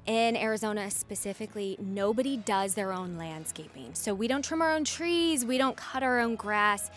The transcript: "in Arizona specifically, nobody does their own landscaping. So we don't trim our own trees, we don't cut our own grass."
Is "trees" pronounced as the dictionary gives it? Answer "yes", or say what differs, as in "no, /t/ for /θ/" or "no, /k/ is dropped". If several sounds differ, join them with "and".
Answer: yes